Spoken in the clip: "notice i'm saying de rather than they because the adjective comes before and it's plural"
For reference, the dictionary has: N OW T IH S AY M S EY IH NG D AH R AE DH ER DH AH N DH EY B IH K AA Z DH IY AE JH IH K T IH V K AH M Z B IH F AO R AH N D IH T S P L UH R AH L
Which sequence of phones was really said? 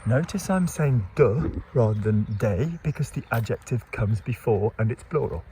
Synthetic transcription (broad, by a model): N OW T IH S AY M S EY IH NG D AH R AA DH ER DH AH N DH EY B IH K AA Z DH IY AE JH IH K T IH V K AH M Z B IH F AO R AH N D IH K S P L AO R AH L